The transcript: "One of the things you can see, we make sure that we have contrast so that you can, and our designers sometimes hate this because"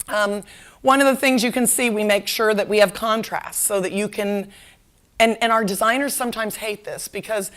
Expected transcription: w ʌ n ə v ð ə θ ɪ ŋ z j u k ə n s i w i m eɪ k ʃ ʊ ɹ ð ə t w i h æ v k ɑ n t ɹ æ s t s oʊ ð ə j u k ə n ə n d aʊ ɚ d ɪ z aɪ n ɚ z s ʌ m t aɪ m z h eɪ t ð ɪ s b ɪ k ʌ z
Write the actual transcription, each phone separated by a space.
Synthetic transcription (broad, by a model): w ʌ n ə v ð ə θ ɪ ŋ z j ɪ k ə n s i w i m eɪ k ʃ ʊ ɹ ð ə t w i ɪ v k ɑ n t ɹ æ s t s oʊ ð ə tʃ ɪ k ə n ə n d aʊ ɚ d ɪ z aɪ n ɚ z s ʌ m t aɪ m z h eɪ t ð ɪ s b ɪ k ʌ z